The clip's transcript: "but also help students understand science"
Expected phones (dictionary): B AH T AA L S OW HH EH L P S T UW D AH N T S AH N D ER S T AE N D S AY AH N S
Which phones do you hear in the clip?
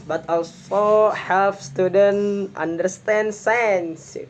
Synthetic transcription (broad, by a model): B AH T AA L S OW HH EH L F S T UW D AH N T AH N D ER S T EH N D S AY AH N S